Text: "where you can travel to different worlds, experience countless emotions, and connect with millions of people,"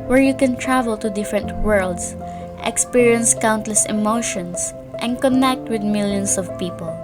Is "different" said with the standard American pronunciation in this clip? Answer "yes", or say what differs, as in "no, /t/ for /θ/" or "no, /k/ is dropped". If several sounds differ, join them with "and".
yes